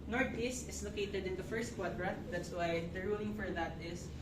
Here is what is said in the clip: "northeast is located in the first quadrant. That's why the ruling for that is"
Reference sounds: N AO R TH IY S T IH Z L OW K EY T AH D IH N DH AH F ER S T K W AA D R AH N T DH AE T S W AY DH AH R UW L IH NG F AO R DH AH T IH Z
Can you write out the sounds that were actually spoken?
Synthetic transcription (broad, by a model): N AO R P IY S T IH S L OW K EY T AH D IH N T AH F ER S T K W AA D R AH T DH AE T S W AY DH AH R UW L IH NG F AO R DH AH T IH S